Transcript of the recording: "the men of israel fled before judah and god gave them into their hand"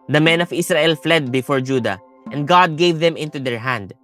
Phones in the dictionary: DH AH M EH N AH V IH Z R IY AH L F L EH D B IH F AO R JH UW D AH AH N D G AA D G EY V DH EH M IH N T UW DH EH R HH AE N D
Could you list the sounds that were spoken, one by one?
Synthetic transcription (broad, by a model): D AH M EH N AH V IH S R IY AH L F L EH D B IH F AO R JH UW D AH AH N D G AA D G EY V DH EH M IH N T UW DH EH R HH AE N D